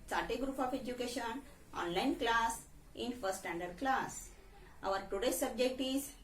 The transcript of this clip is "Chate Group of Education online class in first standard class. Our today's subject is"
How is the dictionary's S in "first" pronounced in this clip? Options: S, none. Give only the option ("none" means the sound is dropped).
none